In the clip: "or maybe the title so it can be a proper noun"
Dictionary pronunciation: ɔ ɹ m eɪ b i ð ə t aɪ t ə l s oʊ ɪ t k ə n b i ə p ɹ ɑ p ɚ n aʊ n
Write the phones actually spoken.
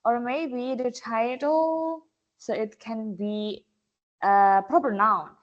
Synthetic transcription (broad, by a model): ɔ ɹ m eɪ b i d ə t aɪ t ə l s oʊ ɪ t k ə n b i ə p ɹ ɑ p ɚ n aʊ n